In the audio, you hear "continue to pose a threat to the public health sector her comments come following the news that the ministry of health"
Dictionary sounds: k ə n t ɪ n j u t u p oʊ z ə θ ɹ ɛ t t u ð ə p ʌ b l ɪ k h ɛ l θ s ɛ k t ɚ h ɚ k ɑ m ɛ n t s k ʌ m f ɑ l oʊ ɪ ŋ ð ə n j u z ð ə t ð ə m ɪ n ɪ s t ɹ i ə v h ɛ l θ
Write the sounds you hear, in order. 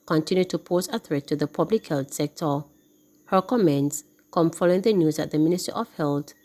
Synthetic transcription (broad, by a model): k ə n t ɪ n j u t u p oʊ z ə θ ɹ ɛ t t u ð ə p ʌ b l ɪ k h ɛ l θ s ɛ k t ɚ h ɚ k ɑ m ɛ n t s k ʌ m f ɑ l oʊ ɪ ŋ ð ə n j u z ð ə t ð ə m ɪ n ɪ s t i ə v h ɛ l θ